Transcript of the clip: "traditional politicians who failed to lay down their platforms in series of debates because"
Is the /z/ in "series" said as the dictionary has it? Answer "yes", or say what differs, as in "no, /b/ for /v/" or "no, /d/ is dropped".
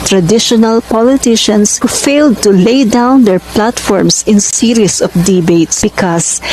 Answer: no, /s/ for /z/